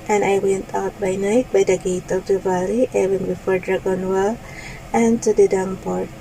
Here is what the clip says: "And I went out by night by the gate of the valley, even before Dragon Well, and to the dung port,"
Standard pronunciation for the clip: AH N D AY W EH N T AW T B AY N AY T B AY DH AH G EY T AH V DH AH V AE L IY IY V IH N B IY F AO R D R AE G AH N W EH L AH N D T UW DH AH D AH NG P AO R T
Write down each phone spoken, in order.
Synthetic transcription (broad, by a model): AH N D AY W EH N T AW T B AY N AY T B AY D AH G EY T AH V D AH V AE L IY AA W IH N B IY F AO R D R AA G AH N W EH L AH N T UW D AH D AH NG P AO R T